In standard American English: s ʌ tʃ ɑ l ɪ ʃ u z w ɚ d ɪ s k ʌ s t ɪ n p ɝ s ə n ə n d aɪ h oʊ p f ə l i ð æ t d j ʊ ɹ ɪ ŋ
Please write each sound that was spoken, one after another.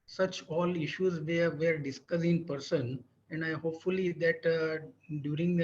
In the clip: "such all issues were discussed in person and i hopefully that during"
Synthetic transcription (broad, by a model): s ʌ tʃ ɑ l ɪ ʃ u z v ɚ d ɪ s k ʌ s ɪ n p ɝ s ə n ə n d aɪ h oʊ p f ə l i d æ t d j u ɹ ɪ ŋ